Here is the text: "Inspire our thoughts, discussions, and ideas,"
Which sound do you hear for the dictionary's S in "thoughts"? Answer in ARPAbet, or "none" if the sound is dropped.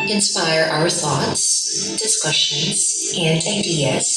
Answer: S